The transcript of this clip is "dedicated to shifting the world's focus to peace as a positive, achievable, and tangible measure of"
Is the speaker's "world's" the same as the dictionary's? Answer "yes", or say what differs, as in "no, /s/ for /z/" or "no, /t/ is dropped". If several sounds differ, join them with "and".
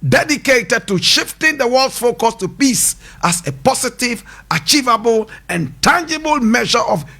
no, /z/ is dropped